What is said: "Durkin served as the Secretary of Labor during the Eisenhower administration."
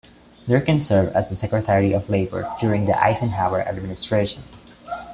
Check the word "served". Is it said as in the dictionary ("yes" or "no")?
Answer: no